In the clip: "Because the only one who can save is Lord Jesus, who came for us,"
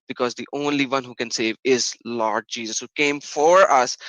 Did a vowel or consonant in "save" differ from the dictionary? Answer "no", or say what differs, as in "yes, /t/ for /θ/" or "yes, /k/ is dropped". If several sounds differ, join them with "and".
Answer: no